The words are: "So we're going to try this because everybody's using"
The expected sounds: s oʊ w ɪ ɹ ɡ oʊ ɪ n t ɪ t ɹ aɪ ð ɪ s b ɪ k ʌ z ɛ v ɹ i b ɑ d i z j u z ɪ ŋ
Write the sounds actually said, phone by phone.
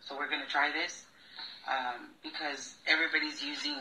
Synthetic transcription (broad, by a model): s oʊ w ɪ ɹ ɡ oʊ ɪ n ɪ t ɹ aɪ ð ɪ s b ɪ k ʌ z ɛ v ɹ i b ɑ d i z j u z ɪ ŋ